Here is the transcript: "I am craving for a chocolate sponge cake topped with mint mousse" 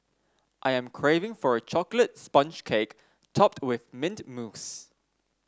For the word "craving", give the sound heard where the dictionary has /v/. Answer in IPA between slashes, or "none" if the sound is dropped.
/v/